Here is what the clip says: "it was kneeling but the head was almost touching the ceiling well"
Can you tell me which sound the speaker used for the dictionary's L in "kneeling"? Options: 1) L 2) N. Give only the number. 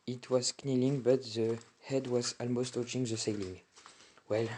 1